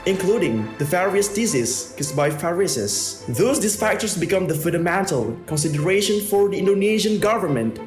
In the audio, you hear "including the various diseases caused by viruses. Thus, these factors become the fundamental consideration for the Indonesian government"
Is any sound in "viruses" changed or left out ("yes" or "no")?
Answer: yes